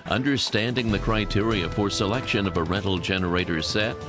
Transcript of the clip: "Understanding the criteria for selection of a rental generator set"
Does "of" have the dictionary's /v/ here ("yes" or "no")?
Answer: yes